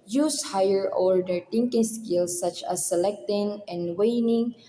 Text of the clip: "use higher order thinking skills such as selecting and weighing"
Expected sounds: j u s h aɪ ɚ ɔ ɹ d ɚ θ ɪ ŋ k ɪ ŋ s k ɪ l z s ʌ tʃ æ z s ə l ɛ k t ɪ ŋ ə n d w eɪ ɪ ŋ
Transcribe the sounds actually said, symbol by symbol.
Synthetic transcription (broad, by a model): j u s h aɪ ɚ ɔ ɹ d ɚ t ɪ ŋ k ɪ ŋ s k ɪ l s ʌ tʃ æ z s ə l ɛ k t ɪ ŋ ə n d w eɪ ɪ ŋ